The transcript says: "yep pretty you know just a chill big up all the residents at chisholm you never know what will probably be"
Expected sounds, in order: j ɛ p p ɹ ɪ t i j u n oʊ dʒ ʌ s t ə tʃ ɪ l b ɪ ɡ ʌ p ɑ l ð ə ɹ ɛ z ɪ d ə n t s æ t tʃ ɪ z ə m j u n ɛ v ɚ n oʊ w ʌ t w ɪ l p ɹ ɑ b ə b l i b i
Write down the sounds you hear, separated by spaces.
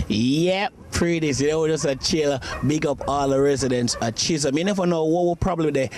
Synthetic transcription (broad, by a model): j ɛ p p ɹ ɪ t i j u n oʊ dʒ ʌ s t ə tʃ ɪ l b ɪ ɡ ʌ p ɑ l ð ə ɹ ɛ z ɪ d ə n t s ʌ tʃ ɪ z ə m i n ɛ f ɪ n oʊ w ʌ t w ɪ l p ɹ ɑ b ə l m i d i